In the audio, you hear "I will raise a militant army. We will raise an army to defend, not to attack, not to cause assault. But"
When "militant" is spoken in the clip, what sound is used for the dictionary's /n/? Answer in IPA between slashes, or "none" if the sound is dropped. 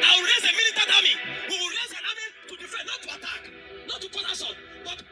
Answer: none